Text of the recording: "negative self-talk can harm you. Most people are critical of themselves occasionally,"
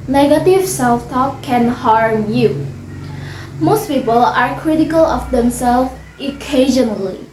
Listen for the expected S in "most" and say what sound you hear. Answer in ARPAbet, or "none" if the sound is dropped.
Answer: S